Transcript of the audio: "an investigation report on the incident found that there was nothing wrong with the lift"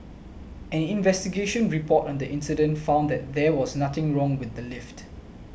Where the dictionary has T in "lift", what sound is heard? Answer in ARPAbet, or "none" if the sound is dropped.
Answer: T